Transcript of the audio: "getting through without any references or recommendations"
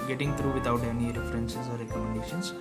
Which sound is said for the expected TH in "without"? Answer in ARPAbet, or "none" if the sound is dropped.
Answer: T